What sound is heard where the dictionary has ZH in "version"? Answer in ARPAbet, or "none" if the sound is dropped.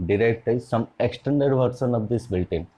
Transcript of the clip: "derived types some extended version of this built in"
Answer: S